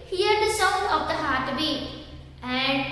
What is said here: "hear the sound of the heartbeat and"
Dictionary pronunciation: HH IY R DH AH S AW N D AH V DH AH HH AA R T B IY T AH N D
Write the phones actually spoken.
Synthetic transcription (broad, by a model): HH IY R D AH S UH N AH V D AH HH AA R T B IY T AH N D